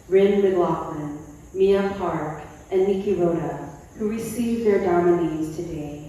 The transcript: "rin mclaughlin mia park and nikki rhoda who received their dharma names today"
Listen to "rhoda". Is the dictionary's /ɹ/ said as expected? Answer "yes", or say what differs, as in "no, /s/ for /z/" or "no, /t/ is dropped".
no, /l/ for /ɹ/